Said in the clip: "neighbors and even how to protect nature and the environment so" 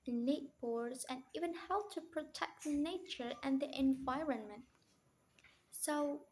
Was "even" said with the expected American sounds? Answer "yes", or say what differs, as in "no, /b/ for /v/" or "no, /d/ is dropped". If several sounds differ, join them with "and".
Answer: yes